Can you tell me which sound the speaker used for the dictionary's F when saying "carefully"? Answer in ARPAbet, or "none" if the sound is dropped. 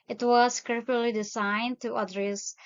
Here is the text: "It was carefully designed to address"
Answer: none